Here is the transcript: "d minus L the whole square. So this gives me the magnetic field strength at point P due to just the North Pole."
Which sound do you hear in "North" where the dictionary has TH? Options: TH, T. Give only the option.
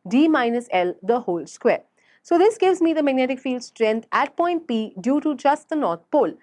T